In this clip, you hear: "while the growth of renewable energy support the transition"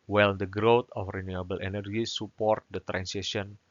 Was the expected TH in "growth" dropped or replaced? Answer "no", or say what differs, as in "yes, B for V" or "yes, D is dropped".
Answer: yes, T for TH